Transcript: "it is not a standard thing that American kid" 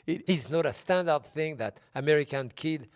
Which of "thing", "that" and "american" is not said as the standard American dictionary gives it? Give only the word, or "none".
none